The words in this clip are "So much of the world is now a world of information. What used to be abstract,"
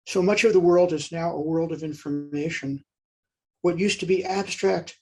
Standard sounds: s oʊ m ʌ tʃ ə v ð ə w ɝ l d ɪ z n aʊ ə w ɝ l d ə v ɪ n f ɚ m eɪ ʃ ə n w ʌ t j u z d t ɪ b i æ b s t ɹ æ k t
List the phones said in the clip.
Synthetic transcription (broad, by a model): s oʊ m ʌ tʃ ə v ð ə w ɝ l d ɪ z n aʊ ə w ɝ l d ə v ɪ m f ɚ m eɪ ʃ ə n w ʌ t j u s t ɪ b i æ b s t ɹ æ k t